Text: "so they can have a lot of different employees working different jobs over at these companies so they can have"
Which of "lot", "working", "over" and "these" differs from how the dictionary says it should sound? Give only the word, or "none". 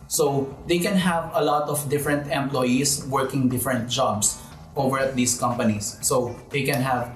these